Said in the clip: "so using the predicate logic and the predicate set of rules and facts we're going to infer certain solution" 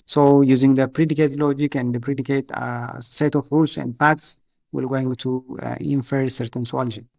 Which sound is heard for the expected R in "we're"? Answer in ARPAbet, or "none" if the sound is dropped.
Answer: L